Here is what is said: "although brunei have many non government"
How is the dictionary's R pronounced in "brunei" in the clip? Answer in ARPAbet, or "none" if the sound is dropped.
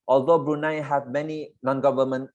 R